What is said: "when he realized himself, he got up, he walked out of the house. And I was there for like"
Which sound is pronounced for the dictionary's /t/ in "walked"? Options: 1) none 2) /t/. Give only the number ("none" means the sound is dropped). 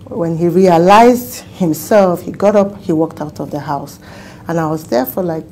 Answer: 2